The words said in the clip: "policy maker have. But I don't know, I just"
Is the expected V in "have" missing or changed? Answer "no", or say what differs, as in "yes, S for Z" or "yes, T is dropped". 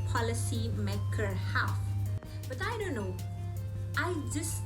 yes, F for V